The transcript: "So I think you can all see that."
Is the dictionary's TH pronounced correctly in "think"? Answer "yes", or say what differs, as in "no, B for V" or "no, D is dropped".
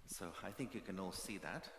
yes